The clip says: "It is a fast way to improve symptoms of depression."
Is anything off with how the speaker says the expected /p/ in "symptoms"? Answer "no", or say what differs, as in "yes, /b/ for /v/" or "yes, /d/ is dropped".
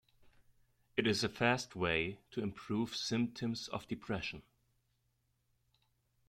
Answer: no